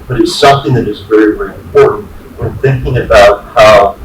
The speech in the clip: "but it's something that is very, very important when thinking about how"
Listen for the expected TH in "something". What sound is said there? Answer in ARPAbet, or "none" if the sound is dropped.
TH